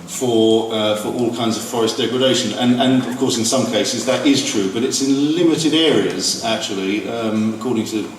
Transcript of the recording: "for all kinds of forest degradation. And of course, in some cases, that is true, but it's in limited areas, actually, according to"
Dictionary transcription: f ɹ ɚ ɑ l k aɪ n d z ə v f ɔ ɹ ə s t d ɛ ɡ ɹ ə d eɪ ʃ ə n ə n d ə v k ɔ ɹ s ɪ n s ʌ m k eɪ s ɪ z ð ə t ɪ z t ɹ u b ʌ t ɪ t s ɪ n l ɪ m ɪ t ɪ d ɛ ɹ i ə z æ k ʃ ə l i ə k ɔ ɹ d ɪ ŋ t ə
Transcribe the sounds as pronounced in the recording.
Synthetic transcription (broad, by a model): f ɹ ɚ ɑ l k aɪ n d z ə v f ɔ ɹ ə s d ɛ ɡ ɹ ə d eɪ ʃ ə n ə n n ə v k ɔ ɹ s ɪ n s ʌ m k eɪ s ɪ z ð ə t ɪ z t ɹ u b ʌ t ɪ t s ɪ n l ɪ m ɪ t ɪ d ɛ ɹ i ə z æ k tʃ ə l i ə k ɔ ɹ d ɪ ŋ t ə